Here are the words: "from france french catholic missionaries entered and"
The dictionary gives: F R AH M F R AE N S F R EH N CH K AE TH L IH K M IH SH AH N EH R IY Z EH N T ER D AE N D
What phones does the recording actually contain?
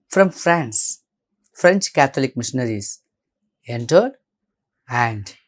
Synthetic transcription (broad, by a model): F R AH M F R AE N S F R EH N CH K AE T L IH K M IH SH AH N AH R IY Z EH N T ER D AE N D